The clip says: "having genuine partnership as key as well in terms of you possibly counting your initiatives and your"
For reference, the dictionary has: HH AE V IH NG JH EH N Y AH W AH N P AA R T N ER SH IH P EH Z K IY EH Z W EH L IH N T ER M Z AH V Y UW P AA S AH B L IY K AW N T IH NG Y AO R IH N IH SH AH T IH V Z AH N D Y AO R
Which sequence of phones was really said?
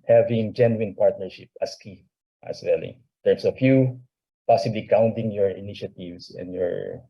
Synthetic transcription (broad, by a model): HH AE V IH NG JH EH N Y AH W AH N P AA R T N ER SH IH P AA S K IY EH S W EH L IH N T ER M S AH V Y UW P AA S AH B L IY K AW N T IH NG Y AO R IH N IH SH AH T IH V S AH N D Y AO R